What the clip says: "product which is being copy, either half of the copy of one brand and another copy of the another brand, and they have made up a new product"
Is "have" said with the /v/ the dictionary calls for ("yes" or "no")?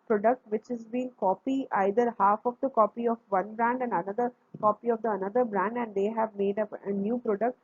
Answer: yes